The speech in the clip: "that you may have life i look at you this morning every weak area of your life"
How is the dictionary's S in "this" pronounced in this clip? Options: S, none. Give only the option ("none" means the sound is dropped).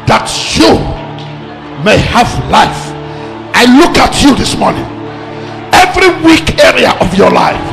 S